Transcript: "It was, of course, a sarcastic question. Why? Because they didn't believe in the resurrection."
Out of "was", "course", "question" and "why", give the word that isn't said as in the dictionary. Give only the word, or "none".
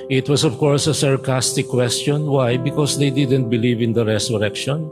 was